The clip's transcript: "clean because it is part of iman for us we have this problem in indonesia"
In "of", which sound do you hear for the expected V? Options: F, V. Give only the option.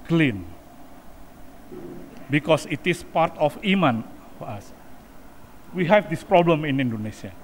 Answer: F